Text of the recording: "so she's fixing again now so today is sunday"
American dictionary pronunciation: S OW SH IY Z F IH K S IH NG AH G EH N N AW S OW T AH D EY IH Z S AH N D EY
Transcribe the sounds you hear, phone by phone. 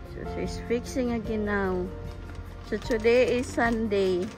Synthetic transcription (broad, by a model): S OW S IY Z F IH K S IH NG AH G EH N N AW S OW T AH D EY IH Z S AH N D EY